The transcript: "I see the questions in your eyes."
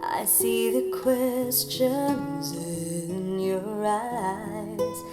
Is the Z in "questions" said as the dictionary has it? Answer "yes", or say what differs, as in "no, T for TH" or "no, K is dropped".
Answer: yes